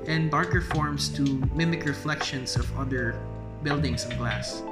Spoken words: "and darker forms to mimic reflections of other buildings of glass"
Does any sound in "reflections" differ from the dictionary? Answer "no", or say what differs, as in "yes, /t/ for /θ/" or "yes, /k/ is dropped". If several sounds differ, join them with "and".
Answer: yes, /s/ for /z/